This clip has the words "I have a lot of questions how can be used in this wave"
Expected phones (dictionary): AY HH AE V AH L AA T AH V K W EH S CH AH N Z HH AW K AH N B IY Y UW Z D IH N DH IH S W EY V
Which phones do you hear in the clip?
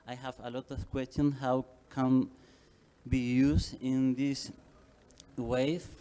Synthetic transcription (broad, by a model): AY HH AE V AH L AA T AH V K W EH S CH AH N HH AW K AH N B IY Y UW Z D IH N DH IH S W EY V